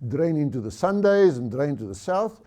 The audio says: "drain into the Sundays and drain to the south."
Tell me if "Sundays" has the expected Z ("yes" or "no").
yes